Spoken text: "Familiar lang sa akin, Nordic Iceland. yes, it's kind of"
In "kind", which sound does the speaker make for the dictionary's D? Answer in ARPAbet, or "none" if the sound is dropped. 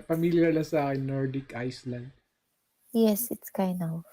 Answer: none